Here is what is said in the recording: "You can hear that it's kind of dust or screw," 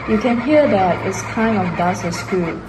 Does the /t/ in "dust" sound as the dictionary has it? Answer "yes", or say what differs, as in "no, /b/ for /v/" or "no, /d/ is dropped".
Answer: no, /t/ is dropped